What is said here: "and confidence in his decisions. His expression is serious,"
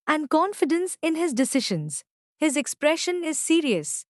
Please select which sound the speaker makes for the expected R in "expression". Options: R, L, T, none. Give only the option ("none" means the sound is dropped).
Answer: R